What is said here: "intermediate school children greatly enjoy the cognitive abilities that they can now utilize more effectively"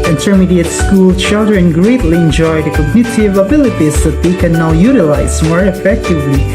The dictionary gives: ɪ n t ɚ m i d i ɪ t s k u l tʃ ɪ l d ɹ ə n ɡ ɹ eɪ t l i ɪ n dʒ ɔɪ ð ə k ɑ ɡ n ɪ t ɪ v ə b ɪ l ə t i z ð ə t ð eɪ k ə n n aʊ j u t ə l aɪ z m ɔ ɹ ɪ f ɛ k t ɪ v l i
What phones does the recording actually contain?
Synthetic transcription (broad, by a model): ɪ n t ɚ m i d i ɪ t s k u l tʃ ɪ l d ɹ ə n ɡ ɹ eɪ t l i ɪ n dʒ ɔɪ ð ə k ɑ ɡ n ɪ t ɪ v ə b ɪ l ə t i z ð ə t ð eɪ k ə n n aʊ j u t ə l aɪ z m ɔ ɹ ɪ f ɛ k t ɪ v l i